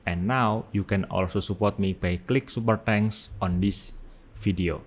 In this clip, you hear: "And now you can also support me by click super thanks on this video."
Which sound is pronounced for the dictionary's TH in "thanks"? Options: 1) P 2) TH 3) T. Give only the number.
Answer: 3